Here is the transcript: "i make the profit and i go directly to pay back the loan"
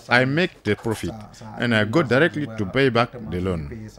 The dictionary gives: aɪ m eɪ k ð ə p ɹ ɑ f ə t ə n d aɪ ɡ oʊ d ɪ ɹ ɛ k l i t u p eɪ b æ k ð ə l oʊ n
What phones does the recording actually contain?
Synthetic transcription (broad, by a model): aɪ m eɪ k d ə p ɹ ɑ f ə t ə n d aɪ ɡ oʊ d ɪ ɹ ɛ k l i t u b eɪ b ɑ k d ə l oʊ n